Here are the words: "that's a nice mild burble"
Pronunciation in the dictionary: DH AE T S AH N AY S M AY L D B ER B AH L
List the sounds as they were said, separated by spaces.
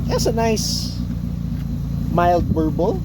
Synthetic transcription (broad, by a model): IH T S AH N AY S M AY L D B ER B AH L